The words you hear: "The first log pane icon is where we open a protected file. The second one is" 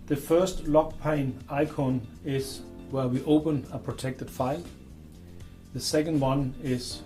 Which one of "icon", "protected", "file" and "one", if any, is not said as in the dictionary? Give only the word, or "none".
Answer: none